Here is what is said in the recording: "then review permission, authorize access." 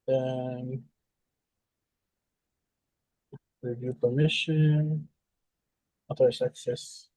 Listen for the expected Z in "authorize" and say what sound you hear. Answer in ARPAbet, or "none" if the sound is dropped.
S